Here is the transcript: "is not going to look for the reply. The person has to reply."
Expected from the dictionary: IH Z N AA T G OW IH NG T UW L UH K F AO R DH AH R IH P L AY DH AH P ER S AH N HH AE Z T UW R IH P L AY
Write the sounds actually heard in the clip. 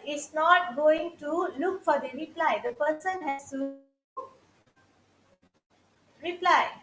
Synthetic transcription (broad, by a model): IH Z N AA T G OW IH NG T UW L UH K F AO R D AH R IH P L AY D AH P ER S AH N HH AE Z T UW R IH P L AY